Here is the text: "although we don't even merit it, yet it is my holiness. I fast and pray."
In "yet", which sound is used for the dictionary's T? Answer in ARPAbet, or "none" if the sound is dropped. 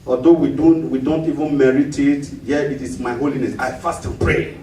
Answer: none